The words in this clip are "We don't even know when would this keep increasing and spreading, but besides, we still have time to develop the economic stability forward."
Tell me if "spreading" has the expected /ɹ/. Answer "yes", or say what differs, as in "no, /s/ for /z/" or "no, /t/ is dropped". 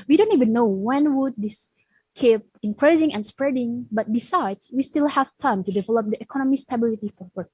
yes